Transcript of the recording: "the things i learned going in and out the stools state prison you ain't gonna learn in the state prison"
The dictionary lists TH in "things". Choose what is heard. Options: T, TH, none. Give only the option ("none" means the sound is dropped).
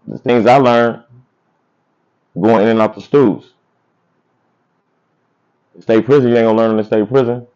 TH